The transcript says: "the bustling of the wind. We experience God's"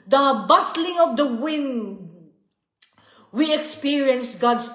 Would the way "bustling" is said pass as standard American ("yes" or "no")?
yes